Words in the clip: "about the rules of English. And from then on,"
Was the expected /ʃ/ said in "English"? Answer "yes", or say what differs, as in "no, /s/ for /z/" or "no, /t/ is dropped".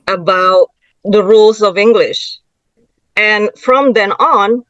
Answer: yes